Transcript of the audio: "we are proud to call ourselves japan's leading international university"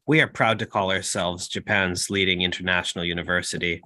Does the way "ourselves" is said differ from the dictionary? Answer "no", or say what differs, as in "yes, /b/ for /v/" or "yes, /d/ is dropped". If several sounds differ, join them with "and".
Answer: no